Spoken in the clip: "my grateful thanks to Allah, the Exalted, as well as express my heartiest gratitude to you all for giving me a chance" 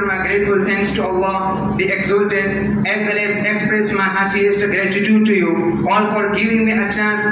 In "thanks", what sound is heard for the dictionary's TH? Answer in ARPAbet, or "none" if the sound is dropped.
T